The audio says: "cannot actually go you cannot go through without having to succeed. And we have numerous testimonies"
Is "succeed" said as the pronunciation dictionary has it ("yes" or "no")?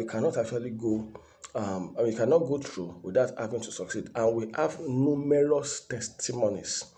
yes